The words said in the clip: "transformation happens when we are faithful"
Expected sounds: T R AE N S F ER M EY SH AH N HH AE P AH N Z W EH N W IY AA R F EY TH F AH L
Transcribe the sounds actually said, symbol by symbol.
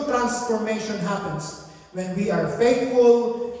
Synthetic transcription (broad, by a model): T R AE N S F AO M EY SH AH N HH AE P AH N S W EH N W IY AA R F EY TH F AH L